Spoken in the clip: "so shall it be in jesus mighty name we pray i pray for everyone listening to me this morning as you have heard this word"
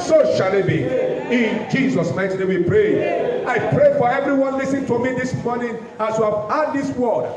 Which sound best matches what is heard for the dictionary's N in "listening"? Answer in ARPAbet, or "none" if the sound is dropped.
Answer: none